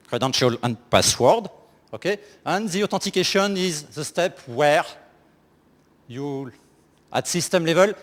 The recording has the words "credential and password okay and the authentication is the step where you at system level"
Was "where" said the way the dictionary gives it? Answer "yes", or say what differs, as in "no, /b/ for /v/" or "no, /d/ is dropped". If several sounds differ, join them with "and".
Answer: yes